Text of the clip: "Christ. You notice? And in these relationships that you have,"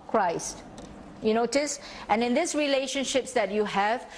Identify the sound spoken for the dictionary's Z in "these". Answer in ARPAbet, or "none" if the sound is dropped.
S